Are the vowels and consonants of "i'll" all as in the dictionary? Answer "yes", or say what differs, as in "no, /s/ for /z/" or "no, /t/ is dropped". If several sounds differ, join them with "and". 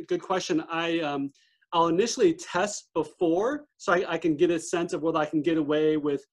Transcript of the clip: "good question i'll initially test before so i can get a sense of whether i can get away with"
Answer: yes